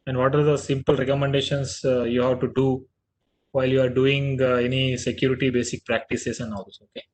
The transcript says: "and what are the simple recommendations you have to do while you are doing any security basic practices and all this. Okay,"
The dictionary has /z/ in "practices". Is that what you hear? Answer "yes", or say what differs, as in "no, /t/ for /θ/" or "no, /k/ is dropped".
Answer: no, /s/ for /z/